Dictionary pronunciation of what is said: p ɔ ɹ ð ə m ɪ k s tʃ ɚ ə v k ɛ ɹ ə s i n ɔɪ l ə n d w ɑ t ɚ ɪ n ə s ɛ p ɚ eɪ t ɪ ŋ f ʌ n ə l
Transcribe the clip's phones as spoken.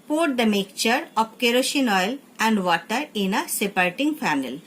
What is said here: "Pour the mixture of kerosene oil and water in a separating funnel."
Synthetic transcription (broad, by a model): p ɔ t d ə m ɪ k tʃ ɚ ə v k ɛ ɹ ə ʃ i n ɔɪ l ə n d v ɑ t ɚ ɪ n ə s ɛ p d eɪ t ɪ ŋ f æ n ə l